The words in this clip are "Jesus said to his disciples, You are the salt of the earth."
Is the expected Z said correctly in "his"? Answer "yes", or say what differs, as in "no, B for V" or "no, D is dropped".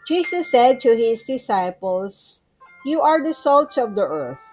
no, S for Z